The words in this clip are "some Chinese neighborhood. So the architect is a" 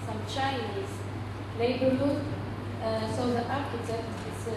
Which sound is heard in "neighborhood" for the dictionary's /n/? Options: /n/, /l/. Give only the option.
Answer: /l/